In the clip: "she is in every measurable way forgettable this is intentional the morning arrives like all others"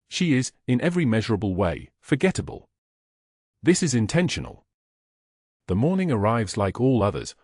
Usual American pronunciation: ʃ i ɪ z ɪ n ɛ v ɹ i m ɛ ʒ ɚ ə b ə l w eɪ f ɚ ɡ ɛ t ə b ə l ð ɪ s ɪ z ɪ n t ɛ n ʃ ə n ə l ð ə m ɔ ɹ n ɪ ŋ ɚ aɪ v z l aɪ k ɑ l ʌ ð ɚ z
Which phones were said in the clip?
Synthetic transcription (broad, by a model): ʃ i ɪ z ɪ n ɛ v ɹ i m ɛ ʒ ɚ ə b ə l w eɪ f ɚ ɡ ɛ t ə b ə l ð ɪ s ɪ z ɪ n t ɛ n ʃ ə n ə l ð ə m ɔ ɹ n ɪ ŋ ɚ aɪ v z l aɪ k ɑ l ʌ ð ɚ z